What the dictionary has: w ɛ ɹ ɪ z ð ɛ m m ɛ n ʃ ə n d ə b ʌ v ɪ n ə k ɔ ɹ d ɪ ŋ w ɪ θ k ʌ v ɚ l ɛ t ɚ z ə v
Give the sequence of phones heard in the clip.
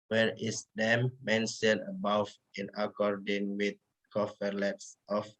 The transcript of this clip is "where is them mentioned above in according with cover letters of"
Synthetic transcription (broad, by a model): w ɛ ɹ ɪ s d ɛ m m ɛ n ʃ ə n ə b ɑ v ɪ n ə k ɔ ɹ d ɪ ŋ w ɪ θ k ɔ f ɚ l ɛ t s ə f